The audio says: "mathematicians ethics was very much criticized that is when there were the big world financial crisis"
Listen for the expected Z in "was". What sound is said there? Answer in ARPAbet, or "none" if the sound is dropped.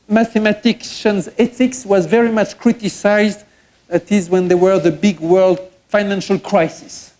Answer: Z